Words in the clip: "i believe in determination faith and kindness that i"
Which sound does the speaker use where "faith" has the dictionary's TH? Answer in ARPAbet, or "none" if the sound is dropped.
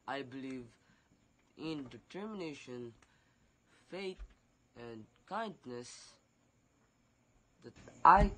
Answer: T